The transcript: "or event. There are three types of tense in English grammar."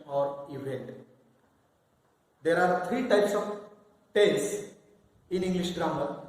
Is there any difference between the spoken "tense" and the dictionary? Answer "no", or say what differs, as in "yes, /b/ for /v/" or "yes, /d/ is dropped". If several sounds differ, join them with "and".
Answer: yes, /n/ is dropped